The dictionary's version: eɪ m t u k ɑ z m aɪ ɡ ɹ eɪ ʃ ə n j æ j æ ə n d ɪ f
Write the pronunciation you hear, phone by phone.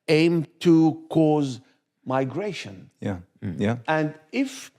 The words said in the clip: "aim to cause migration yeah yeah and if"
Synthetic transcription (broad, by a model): eɪ m t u k ɑ z m aɪ ɡ ɹ eɪ ʃ ə n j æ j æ ə n d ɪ f